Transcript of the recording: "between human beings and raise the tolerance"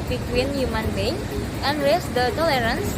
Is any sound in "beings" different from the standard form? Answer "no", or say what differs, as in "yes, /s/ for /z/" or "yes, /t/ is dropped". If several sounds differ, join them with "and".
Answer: yes, /z/ is dropped